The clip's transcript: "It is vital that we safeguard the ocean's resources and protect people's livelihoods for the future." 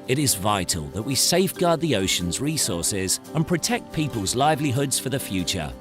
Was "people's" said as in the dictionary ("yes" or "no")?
yes